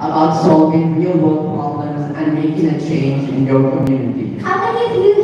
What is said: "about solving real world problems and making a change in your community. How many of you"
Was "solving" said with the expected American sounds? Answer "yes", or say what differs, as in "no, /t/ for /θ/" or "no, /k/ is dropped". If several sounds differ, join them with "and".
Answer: no, /l/ is dropped